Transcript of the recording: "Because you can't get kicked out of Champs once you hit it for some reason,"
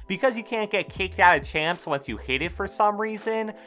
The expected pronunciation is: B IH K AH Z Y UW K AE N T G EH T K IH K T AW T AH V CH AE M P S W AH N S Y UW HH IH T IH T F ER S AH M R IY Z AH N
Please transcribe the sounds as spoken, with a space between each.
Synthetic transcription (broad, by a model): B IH K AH Z Y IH K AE N G EH T K IH K T AW T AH CH AE M P S W AH N S Y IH HH IH T IH T F ER S AH M R IY Z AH N